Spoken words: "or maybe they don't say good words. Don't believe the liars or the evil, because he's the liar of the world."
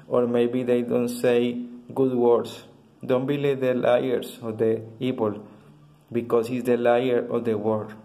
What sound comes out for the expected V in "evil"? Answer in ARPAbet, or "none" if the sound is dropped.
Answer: P